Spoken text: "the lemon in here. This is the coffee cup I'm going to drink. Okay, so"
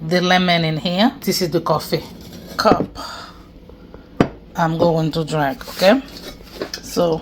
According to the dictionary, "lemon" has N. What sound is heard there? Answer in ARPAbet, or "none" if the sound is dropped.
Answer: N